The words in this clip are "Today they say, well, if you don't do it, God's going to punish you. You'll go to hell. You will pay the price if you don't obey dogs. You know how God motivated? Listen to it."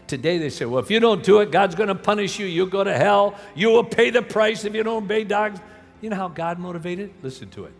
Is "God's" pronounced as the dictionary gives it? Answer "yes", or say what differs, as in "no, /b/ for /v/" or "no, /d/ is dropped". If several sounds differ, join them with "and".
yes